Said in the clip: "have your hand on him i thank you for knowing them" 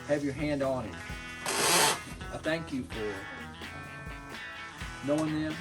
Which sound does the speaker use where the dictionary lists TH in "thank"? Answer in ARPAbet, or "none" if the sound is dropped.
TH